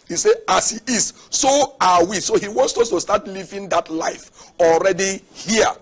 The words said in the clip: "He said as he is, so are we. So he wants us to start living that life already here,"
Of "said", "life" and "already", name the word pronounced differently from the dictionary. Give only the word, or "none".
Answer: said